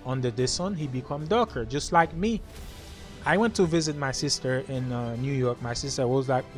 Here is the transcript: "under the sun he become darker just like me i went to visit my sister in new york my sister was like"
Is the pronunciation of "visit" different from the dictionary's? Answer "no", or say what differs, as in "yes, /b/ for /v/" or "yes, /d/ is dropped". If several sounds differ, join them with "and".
no